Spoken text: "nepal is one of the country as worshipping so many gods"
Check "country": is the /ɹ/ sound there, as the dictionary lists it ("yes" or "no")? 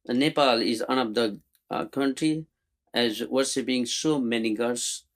yes